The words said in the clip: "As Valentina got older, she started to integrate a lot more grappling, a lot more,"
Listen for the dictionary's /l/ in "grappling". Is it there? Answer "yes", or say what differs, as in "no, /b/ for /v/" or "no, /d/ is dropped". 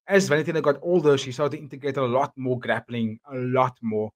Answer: yes